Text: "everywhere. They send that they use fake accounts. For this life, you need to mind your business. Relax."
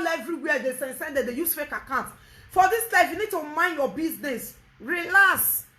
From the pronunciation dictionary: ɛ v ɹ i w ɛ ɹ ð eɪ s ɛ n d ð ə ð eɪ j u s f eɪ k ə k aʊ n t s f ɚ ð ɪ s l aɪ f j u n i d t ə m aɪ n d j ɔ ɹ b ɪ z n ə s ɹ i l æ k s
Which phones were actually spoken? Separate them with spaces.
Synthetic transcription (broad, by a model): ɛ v ɹ i w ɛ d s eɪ s ɛ n d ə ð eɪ j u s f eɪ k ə k aʊ n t f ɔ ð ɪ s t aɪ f j u n i d t ə m aɪ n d j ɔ b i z n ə s ɹ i l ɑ s